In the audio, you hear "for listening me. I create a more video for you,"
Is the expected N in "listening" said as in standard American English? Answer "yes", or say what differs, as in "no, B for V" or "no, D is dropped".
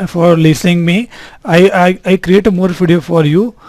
no, N is dropped